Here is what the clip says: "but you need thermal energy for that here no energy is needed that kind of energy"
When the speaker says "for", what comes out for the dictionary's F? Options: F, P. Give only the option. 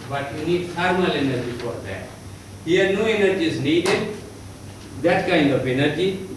P